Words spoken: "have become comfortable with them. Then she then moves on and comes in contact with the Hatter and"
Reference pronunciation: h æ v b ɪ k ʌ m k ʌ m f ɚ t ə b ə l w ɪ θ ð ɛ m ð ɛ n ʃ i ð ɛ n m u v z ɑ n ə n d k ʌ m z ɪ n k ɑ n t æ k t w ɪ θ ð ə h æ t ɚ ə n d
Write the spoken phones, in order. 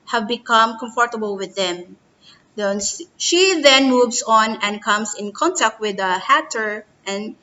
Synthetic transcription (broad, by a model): h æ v b ɪ k ʌ m k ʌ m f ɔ t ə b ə l w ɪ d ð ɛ m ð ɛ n ʃ i ð ɛ n m u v s ɑ n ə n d k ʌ m s ɪ n k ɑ n t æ k t w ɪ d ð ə h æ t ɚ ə n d